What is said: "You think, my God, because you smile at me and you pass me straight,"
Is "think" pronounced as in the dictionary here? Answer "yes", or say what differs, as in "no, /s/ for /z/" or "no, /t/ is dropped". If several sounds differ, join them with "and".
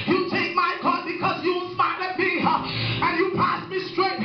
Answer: no, /t/ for /θ/ and /ŋ/ is dropped